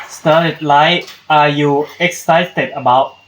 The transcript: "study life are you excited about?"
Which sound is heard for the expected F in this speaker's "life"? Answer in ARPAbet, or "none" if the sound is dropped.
none